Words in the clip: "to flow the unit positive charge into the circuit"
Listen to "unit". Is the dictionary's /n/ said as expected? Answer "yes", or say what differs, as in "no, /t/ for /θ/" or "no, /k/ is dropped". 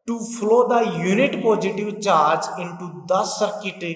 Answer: yes